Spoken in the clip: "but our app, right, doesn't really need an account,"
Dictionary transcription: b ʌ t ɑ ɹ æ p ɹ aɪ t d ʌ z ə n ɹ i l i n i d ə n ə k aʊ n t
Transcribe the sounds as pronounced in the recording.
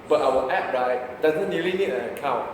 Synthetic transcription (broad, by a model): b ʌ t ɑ w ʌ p ɹ aɪ t d ʌ z ə n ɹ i l i n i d ə n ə k aʊ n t